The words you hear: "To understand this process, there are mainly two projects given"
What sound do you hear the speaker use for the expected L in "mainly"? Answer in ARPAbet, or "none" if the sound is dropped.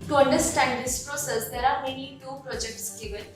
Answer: none